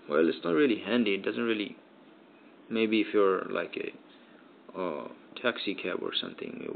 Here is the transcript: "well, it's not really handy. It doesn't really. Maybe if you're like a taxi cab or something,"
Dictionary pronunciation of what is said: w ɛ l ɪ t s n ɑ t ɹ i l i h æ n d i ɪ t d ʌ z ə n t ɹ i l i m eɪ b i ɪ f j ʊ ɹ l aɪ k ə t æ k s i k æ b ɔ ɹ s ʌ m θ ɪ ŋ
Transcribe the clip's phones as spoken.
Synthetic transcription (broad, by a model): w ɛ l ɪ t s n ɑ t ɹ i l i h æ n d i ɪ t d ʌ z ə n t ɹ i l i m eɪ b i ɪ f j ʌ ɹ l aɪ k ə t æ k s i k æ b ɔ ɹ s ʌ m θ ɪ ŋ